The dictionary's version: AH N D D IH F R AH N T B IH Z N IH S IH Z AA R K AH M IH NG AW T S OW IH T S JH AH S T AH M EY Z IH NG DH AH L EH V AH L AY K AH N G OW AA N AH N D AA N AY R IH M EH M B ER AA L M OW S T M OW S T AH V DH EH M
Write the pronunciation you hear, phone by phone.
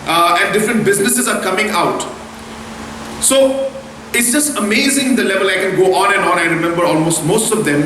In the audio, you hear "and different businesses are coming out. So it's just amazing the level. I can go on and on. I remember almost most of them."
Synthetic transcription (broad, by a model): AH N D D IH F R AH N T B IH Z N IH S IH Z AA R K AH M IH NG AW T S OW IH T S JH AH S T AH M EY Z IH NG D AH L EH V AH L AY K AH N G OW AA N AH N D AA N AY R IH M EH M B ER AA L M OW S T M OW S T AH V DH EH M